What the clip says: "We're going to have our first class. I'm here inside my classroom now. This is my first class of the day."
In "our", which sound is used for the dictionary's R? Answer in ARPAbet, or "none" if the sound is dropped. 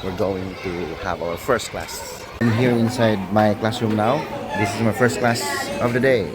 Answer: L